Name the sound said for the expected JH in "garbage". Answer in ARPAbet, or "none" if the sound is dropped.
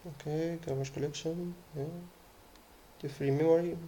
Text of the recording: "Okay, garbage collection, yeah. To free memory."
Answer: SH